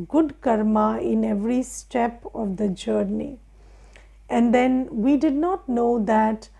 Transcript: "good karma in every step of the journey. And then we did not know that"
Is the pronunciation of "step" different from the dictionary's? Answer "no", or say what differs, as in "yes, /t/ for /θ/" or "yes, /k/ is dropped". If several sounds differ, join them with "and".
no